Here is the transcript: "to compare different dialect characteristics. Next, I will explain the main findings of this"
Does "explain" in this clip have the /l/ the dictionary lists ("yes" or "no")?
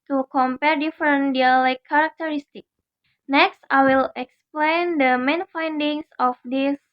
yes